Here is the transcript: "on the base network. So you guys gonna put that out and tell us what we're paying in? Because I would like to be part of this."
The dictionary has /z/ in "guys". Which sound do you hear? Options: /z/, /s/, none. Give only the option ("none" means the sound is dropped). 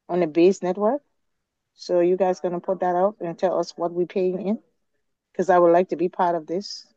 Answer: /z/